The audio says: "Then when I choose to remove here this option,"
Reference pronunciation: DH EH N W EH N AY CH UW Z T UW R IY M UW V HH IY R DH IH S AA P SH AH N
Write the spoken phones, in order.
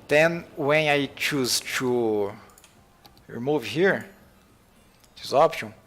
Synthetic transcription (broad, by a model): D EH N W EH N AY CH UW Z T UW R IY M UW V HH IY R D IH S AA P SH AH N